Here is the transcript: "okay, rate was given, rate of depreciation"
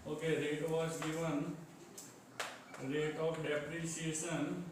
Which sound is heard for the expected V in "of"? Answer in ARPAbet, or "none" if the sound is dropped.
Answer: P